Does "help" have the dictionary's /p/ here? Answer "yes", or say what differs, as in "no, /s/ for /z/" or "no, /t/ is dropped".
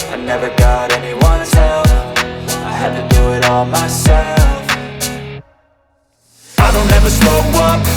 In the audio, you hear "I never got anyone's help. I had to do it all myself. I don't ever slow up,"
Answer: no, /f/ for /p/